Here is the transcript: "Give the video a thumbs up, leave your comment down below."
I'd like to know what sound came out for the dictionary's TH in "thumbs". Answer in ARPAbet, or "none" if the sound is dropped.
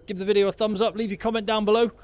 TH